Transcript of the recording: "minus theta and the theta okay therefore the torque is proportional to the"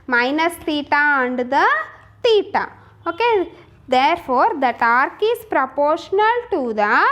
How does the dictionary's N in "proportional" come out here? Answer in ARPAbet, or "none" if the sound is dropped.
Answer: N